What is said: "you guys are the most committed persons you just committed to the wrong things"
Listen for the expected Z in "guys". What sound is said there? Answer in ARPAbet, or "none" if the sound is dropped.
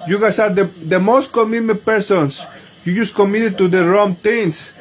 S